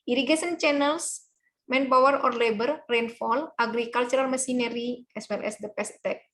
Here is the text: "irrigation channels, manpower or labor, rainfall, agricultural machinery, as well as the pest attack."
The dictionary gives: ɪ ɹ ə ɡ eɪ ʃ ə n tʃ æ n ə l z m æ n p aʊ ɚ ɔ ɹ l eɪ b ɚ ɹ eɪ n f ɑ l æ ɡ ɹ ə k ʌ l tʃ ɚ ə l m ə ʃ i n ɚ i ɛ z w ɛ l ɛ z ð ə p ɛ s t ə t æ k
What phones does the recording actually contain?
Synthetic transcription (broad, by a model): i ɹ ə ɡ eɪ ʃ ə n tʃ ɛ n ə l s m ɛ n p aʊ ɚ ɔ ɹ l eɪ b ɚ ɹ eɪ n f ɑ l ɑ ɡ ɹ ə k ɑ l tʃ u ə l m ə s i n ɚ i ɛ s w ɛ l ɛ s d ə p ɛ s t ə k